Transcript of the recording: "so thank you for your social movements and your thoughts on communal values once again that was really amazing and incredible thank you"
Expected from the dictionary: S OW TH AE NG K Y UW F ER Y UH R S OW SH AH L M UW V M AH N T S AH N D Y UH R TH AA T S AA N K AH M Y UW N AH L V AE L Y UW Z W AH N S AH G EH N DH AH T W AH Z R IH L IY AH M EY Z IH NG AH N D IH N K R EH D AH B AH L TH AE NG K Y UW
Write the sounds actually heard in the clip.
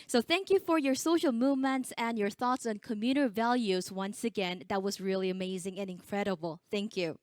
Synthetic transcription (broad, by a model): S OW TH AE NG K Y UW F ER Y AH R S OW SH L M UW V M AH N T S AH N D Y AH R TH AA T S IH N K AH M Y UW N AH V AE L Y UW Z W AH N S AH G EH N DH AH T W AH Z R IH L IY AH M EY Z IH NG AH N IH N K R EH D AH B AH L TH AE NG K Y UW